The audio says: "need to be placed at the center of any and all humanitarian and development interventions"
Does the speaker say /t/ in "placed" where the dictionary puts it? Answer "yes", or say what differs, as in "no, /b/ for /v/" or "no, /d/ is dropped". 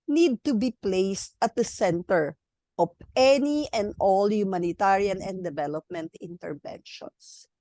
yes